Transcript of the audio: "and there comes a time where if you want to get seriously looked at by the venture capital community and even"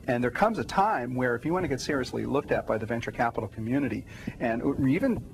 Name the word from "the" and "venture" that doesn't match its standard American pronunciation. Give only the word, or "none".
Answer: none